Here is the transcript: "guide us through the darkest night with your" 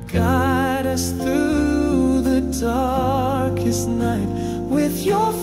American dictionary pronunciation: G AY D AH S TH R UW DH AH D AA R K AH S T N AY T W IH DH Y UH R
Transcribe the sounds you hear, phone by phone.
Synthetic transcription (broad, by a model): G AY D AH S TH R UW DH AH D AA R K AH S T N AY T W IH DH Y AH R